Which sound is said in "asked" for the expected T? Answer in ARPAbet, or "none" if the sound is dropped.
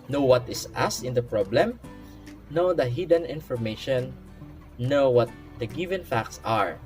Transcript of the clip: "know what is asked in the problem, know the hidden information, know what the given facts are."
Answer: none